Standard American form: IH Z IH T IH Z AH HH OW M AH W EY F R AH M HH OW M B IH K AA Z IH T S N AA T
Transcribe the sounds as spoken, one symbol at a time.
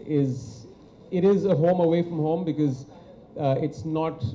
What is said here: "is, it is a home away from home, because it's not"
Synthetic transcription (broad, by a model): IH Z IH T IH Z AH HH OW M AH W EY F R AH M HH OW M B IH K AA Z IH T S N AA T